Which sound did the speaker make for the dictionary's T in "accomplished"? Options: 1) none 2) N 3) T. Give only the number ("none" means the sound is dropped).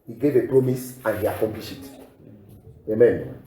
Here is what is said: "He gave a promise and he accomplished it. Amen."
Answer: 1